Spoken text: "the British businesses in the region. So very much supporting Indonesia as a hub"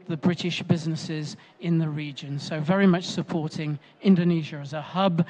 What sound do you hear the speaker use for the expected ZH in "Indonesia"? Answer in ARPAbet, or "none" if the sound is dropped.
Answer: ZH